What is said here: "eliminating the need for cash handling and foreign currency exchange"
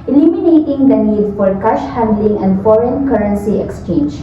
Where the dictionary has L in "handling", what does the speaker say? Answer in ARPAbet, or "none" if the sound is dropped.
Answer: L